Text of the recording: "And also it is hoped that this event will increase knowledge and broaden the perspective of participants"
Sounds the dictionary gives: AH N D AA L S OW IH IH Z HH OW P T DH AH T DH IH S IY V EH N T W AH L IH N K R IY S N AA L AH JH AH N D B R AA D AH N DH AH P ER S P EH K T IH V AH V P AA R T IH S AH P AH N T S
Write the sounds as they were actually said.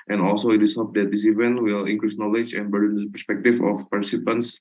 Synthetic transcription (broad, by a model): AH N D AA L S OW IH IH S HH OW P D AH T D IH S IY V EH N T W AH L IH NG K R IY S N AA L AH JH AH N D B AA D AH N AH P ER S P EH K T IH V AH F P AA R T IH S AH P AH N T S